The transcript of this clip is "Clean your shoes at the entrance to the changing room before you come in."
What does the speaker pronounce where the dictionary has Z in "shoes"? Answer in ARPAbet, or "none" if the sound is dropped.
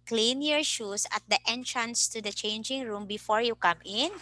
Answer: S